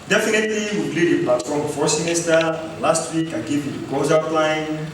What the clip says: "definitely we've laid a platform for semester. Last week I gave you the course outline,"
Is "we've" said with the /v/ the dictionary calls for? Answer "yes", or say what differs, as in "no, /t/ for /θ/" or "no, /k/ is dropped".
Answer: no, /p/ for /v/